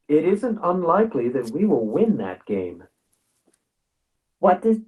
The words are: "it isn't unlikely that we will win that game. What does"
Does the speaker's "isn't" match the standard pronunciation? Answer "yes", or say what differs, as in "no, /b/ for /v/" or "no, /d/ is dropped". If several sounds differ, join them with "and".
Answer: yes